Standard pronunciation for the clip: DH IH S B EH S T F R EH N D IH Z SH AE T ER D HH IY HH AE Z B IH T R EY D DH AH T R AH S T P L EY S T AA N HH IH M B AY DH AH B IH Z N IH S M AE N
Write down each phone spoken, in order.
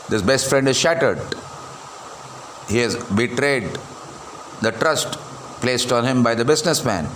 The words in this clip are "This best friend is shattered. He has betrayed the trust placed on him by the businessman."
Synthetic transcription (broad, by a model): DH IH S B EH S T F R EH N D IH Z SH AE T ER D HH IY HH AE Z B IH T R EY D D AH T R AH S T P L EY S T AA N HH IH M B AY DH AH B IH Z N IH S M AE N